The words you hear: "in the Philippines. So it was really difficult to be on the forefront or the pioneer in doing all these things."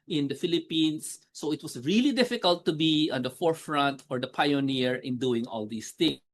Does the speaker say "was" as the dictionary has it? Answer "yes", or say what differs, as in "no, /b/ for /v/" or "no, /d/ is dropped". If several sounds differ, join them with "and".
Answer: no, /s/ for /z/